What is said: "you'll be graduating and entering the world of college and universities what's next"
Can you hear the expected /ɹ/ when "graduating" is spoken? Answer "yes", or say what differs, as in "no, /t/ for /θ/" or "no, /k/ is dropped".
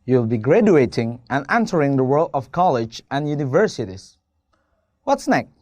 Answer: yes